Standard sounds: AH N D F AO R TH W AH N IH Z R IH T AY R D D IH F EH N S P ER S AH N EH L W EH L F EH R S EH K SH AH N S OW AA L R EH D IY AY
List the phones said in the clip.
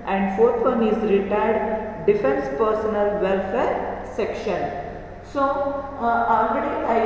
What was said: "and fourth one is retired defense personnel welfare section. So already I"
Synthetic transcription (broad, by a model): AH N D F AO R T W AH N IH Z R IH T AY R D D IH F EH N S P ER S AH N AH L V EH L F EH R S EH K SH AH N S OW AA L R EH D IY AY